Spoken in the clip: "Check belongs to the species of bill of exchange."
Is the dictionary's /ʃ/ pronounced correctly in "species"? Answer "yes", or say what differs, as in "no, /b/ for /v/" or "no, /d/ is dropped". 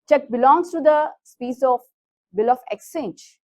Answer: no, /s/ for /ʃ/